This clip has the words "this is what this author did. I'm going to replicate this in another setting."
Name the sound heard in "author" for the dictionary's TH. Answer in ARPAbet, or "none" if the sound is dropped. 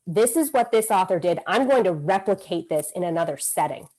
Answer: TH